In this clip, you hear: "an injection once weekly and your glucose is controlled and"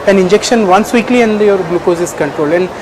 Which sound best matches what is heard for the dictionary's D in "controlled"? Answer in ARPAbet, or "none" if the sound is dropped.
none